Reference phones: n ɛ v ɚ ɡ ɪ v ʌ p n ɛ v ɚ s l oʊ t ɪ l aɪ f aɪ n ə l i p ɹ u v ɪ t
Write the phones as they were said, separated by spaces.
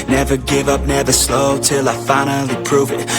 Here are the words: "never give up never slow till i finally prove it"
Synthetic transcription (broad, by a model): n ɛ v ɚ ɡ ɪ v ʌ p n ɛ v ɚ s l oʊ t ɪ l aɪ f aɪ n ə l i p ɹ u v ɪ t